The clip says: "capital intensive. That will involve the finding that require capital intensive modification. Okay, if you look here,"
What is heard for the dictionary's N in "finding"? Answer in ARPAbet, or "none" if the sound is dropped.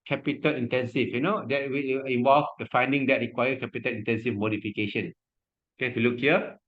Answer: N